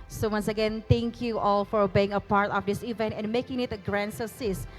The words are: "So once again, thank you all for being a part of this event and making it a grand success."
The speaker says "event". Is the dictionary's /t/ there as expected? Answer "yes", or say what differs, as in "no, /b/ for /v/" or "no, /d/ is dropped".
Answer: yes